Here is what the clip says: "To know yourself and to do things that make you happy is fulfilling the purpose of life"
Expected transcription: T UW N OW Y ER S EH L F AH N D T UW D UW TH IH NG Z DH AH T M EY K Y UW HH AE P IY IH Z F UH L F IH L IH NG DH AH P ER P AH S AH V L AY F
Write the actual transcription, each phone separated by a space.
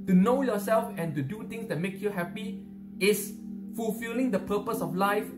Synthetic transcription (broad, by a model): T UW N OW Y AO S EH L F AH N T UW D UW T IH NG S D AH T M EY K Y UW HH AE P IY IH S F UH L F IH L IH NG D AH P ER P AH S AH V L AY F